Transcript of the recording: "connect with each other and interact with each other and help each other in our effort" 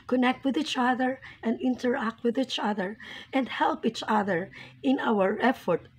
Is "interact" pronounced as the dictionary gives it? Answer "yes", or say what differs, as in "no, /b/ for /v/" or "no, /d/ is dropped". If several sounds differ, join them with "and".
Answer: yes